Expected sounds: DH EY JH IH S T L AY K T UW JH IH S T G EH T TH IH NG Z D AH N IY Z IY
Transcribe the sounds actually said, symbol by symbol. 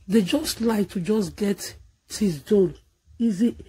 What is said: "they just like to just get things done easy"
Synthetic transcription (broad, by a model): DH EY JH IH S T L AY K T UW JH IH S G EH T T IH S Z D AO L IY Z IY